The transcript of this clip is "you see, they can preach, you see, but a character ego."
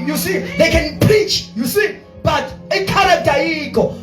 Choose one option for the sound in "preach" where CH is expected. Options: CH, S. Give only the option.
CH